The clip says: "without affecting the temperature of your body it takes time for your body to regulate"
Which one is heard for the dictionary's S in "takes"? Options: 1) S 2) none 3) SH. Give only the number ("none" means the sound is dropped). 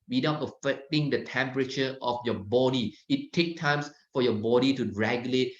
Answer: 2